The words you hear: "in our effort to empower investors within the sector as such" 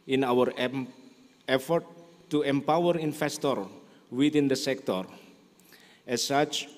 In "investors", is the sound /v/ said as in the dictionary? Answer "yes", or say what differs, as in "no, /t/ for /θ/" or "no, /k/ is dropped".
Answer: no, /f/ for /v/